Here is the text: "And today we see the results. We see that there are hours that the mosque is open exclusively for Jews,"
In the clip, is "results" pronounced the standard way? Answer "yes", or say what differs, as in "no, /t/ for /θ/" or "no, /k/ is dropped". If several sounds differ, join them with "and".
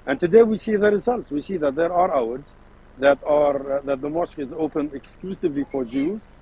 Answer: yes